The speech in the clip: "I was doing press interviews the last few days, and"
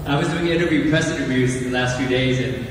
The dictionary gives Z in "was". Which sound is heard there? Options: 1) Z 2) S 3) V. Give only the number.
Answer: 1